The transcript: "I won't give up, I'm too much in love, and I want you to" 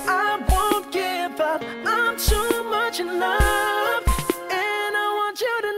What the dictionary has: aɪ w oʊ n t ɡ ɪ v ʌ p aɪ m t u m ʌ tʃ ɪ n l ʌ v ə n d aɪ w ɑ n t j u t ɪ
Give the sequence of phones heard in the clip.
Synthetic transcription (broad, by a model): aɪ w oʊ n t ɡ ɪ v ʌ p aɪ m t u m ʌ tʃ ɪ n ʌ f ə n aɪ w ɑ n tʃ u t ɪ